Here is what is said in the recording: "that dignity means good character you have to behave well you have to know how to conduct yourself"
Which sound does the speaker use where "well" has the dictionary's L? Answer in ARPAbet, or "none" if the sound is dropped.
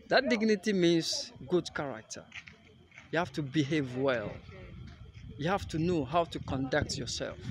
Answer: L